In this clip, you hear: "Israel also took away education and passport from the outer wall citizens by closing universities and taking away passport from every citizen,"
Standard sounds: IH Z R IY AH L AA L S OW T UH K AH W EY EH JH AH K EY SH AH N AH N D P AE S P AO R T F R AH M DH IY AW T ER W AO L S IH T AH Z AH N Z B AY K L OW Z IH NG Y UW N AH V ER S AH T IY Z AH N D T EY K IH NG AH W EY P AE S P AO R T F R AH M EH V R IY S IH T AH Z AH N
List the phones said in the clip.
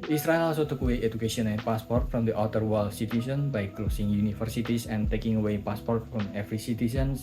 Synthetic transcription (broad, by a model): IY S R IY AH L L S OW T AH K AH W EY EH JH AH K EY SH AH N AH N P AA S P AO R T F R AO M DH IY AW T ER W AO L S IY T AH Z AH N B AY K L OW S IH NG Y UW N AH F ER S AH T IY S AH N T EY K IH NG AH W EY P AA S P AO R T F R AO M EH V R IY S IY T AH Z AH N